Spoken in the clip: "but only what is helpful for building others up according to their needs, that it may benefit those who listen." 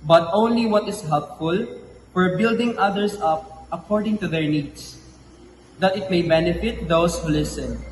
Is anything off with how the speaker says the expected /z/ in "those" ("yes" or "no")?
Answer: yes